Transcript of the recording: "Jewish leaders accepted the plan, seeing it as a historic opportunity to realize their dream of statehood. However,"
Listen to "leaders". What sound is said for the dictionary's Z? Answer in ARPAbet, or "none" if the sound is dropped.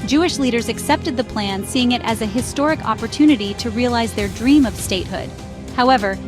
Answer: Z